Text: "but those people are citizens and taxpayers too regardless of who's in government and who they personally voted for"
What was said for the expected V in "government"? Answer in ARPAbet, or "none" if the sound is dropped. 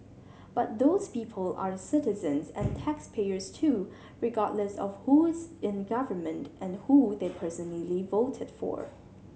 V